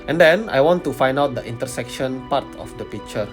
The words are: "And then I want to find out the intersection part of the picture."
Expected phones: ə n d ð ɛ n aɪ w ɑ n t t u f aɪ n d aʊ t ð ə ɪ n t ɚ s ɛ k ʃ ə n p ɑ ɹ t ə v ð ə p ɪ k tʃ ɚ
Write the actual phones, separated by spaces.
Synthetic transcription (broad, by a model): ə n d ɛ n aɪ w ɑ n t t u f aɪ n d aʊ t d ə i n t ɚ s ɛ k ʃ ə n p ɑ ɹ t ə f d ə p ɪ k tʃ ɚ